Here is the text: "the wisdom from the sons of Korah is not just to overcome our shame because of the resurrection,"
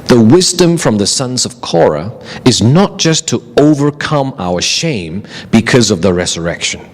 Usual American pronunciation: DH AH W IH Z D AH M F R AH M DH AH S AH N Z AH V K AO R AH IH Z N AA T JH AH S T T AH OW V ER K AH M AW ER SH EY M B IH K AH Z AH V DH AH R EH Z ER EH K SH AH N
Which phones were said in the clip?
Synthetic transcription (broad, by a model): DH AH W IH Z D AH M F R AH M DH AH S AH N Z AH V K AO R AH IH Z N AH T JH AH S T T AH OW V ER K AH M AW ER SH EY M B IH K AH Z AH V DH AH R EH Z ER EH K SH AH N